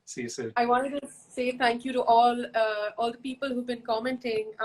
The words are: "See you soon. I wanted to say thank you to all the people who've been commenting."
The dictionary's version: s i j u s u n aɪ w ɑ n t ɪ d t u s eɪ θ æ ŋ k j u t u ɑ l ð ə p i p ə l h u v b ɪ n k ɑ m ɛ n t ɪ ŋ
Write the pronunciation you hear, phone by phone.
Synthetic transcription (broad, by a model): s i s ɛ aɪ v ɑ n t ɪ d t u s eɪ t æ ŋ k j u t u ɑ l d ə p i p ə l h u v b ɪ n k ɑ m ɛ n t ɪ ŋ